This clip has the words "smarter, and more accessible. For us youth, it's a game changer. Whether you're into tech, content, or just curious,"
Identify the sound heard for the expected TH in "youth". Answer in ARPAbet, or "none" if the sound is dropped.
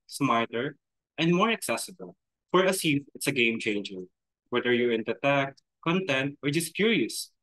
F